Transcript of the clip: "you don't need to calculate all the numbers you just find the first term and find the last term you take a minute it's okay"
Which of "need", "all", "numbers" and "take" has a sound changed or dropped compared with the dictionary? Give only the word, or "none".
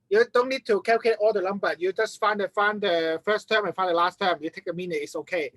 numbers